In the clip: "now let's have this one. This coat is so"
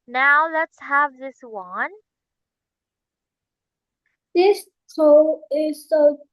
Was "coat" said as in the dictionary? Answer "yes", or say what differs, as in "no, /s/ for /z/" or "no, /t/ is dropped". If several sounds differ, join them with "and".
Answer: no, /t/ is dropped